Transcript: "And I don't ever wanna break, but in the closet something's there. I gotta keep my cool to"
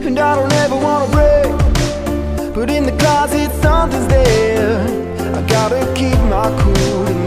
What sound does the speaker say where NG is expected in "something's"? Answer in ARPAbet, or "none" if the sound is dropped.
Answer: none